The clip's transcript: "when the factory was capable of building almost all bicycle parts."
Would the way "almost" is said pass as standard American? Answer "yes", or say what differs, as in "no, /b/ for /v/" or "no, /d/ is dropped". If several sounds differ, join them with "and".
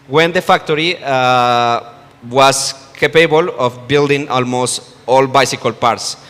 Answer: yes